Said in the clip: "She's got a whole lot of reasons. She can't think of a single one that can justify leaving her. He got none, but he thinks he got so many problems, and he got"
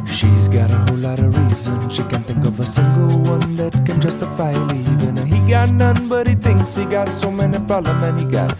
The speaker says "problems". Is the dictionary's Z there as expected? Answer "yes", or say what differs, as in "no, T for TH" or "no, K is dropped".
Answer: no, Z is dropped